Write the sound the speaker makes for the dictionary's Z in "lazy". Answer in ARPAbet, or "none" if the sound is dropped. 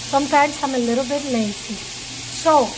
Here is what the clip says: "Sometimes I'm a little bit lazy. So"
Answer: S